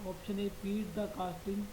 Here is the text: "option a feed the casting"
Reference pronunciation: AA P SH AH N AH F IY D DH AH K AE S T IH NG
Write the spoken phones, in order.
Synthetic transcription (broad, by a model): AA P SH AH N AH P IY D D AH K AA S T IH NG